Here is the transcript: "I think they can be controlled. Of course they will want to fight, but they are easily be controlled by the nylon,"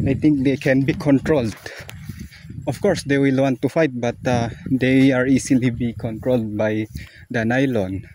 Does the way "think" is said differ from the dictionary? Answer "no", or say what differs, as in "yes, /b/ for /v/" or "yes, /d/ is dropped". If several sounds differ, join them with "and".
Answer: yes, /t/ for /θ/